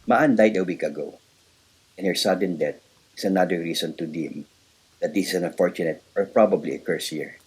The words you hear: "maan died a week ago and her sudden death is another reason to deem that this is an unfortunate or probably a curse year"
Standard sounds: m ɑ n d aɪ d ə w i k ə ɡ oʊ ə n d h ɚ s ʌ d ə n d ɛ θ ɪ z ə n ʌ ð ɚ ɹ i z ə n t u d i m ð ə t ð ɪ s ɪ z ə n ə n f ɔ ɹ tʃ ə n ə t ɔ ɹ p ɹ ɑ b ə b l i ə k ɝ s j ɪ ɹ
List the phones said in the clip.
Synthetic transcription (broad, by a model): m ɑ n d aɪ d ə w i k ə ɡ oʊ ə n h ɚ s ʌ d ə n d ɛ t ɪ s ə n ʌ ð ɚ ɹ i s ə n t u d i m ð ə t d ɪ s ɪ s ə n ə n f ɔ ɹ tʃ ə n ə t ɔ ɹ p ɹ ɑ b ə b l i ə k ɝ s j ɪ ɹ